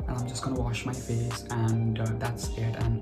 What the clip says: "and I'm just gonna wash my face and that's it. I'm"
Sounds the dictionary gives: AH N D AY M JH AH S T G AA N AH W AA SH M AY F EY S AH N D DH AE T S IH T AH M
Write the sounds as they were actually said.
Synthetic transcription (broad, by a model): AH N AY M JH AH S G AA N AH W AA SH M AY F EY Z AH N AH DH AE T S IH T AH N